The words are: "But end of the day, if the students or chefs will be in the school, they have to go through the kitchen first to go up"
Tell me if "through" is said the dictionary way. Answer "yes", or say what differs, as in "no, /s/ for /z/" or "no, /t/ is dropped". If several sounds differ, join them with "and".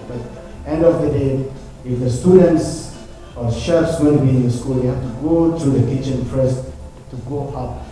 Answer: no, /t/ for /θ/